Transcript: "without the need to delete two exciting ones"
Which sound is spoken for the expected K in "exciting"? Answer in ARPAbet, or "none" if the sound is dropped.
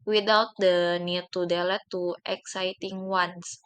K